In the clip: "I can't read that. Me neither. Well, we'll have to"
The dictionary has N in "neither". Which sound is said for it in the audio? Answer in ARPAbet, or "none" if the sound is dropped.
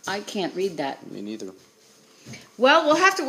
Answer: N